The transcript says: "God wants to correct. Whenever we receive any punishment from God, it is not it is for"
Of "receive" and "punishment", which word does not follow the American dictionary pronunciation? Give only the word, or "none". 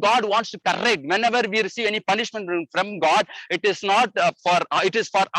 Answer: none